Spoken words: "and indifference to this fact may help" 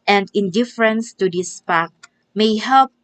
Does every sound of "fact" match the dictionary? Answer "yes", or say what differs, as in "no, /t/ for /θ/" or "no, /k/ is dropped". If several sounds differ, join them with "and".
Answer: no, /p/ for /f/